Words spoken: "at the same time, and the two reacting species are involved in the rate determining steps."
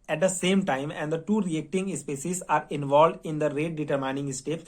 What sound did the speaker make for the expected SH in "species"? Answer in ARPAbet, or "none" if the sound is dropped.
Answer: S